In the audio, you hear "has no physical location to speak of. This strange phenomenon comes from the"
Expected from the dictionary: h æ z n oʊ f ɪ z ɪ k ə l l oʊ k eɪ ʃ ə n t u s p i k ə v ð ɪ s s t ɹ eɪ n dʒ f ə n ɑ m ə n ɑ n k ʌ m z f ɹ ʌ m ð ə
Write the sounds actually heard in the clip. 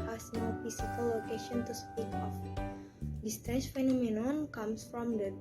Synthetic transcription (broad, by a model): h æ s n oʊ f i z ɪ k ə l l oʊ k eɪ ʃ ə n t u s p i k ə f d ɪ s s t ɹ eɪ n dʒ f ə n ɑ m ə n ɑ n k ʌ m s f ɹ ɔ m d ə